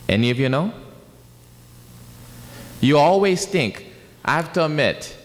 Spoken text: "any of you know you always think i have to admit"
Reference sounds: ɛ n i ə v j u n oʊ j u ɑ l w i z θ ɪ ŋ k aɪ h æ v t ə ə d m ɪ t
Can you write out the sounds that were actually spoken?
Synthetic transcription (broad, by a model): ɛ n i ə v j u n oʊ j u ɑ l w i z θ ɪ ŋ k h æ f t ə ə m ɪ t